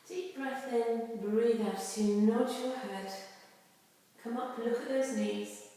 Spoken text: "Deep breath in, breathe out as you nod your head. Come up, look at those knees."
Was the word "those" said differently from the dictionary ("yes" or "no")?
no